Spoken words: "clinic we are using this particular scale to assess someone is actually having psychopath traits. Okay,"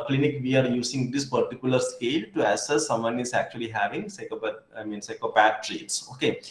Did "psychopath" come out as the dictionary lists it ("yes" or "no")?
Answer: no